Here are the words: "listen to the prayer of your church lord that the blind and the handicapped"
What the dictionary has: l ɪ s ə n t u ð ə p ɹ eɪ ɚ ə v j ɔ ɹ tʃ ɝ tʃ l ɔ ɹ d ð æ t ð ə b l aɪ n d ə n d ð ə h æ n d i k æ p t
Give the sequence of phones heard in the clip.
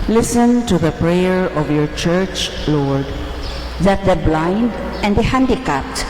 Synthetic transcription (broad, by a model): l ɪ s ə n t u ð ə p ɹ eɪ ɚ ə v j ɔ ɹ tʃ ɝ tʃ l ɔ ɹ d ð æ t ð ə b l aɪ n d ə n d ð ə h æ n d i k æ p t